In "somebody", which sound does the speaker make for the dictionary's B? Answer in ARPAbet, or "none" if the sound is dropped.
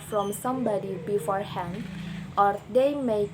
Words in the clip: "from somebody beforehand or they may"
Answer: B